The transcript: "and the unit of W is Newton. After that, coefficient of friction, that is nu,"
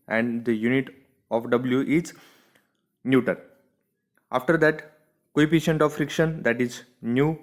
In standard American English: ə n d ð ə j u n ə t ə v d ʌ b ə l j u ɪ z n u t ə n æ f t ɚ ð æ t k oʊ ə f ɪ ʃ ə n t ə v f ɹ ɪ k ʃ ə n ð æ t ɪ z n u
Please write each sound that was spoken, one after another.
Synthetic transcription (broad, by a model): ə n d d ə j u n ə t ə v d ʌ b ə l j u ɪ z n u t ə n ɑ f t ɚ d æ t k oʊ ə p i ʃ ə n t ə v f ɹ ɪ k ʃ ə n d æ t ɪ z n u